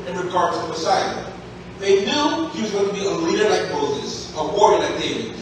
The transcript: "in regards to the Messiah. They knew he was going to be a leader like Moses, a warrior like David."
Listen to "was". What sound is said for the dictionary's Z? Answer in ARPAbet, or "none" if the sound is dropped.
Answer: Z